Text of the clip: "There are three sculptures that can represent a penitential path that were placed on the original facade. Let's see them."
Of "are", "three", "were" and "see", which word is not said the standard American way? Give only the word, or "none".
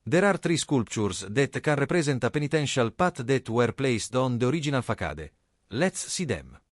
three